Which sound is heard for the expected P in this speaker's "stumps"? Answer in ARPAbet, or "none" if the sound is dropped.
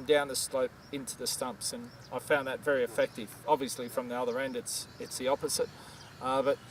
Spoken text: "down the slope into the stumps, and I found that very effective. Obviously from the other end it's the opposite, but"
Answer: P